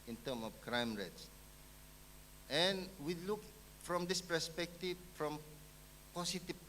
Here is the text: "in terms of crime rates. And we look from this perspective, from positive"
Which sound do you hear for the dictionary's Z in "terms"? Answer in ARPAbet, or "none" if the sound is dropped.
none